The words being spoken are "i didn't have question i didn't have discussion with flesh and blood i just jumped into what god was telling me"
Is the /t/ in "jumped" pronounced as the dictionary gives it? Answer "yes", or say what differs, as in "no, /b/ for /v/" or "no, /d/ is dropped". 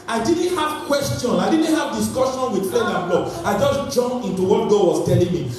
no, /t/ is dropped